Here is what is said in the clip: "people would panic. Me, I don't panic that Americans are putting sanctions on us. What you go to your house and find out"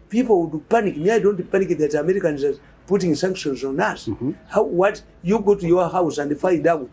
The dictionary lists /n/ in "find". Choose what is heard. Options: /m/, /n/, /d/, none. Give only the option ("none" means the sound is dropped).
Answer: none